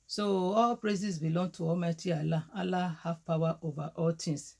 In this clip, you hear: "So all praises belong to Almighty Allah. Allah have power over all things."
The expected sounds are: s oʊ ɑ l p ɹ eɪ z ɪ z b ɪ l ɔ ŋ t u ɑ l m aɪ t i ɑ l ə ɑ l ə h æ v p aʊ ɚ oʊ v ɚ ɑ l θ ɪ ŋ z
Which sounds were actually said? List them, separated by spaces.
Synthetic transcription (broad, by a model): s oʊ ɑ l p ɹ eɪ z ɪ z b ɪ l ɔ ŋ t u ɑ m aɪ t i ɑ l ə ɑ l ə h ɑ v p aʊ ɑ oʊ v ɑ ɑ l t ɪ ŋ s